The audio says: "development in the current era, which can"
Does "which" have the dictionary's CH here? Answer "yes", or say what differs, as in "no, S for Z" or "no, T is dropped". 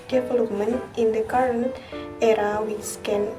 no, S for CH